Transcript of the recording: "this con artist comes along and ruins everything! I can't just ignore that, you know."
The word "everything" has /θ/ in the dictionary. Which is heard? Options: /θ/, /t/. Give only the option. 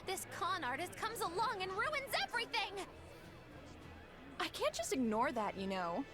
/θ/